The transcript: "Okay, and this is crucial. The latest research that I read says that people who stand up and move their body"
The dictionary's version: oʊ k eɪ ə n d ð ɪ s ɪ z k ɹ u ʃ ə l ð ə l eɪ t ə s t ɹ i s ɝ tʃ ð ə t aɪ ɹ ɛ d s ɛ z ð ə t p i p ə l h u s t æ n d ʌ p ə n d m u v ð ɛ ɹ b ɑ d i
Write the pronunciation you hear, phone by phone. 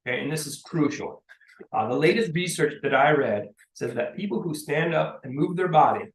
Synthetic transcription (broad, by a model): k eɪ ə n ð ɪ s ɪ z k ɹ u ʃ l ð ə l eɪ t ə s t ɹ i s ɝ tʃ ð ə t aɪ ɹ ɛ d s ɛ z ð ə t p i p l h u s t æ n d ʌ p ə n m u v ð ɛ ɹ b ɑ d i